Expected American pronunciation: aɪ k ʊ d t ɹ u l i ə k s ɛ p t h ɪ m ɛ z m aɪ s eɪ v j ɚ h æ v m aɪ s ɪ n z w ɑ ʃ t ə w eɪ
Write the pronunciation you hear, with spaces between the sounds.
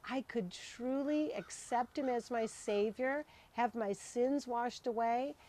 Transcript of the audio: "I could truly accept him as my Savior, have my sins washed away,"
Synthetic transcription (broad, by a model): aɪ k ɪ d t ɹ u l i ə k s ɛ p t h ɪ m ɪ z m aɪ s eɪ v j ɚ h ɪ v m aɪ s ɪ n z w ɑ ʃ t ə w eɪ